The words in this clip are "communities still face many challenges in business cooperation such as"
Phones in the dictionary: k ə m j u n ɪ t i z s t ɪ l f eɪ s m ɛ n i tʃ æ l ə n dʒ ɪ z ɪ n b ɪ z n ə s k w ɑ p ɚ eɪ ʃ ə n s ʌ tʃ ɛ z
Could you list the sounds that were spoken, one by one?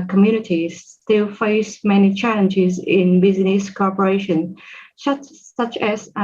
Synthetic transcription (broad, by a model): k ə m j u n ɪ t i s t ɪ l f eɪ s m ɛ n i tʃ æ l ə n dʒ ɪ z ɪ n b ɪ z n ə s k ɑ p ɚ eɪ ʃ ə n s ʌ tʃ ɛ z